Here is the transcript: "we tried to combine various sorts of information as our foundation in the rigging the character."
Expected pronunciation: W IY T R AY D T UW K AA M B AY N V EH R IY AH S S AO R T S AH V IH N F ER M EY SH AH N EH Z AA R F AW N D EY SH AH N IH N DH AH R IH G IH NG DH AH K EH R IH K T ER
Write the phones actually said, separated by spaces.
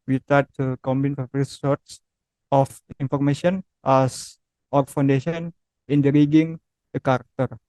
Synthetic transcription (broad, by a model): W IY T AY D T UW K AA M B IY N F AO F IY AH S S AO R T S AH F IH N F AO M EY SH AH N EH S AA R F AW N D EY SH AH N IH N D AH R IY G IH NG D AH K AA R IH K T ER